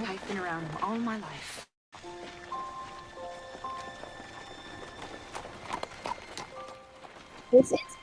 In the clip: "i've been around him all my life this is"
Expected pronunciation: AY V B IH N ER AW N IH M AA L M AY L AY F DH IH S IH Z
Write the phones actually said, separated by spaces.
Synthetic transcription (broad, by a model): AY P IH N ER AW N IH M AA L M AY L AY F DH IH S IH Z